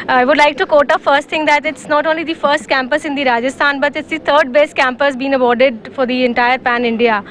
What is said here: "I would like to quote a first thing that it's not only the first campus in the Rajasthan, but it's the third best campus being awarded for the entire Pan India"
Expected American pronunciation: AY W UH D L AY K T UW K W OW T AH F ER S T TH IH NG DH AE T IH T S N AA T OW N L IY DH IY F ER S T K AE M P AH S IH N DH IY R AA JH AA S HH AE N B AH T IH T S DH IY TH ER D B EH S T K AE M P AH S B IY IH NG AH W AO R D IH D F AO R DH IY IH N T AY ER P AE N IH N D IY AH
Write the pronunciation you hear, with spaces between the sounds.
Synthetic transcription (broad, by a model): AY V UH D L AY K T UW K OW T AH F ER S T T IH NG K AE T IH T S N AA T OW N L IY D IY F ER S T K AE M P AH S IH N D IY R AA JH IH S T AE N B AH T IH T S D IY T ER D B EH S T K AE M P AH S B IY IH NG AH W AO R D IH D F AO R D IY IH N T AY ER P AE N IH N D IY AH